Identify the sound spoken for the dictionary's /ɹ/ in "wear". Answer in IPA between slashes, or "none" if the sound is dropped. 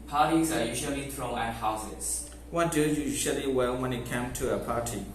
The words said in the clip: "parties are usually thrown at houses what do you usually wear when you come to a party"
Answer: /l/